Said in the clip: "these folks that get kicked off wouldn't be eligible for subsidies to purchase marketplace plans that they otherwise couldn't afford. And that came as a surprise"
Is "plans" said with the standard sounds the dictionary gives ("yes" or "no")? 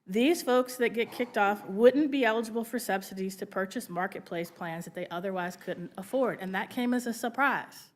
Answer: yes